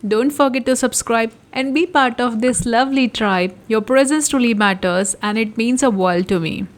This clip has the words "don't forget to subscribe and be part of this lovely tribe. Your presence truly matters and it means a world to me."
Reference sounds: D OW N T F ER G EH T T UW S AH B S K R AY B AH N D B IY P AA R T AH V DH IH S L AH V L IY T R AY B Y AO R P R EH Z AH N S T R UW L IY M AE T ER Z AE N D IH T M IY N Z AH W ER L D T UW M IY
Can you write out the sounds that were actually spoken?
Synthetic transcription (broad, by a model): D OW N T F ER G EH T T UW S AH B S K R AY B AH N D B IY P AA R T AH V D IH S L AH V L IY T R AY B Y AO R P R EH Z AH N S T UW L IY M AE T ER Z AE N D IH T M IY N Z AH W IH L T UW M IY